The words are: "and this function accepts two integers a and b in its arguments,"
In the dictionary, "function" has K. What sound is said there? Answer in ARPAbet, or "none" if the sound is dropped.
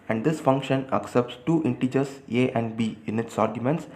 K